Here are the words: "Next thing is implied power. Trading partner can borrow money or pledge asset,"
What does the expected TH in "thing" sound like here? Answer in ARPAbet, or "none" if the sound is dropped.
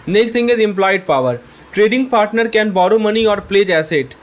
T